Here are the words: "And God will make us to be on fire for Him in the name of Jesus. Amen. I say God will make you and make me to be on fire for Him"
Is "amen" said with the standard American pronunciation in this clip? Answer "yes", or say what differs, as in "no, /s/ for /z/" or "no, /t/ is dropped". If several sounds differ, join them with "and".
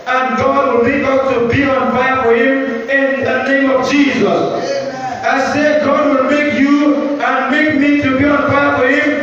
no, /m/ is dropped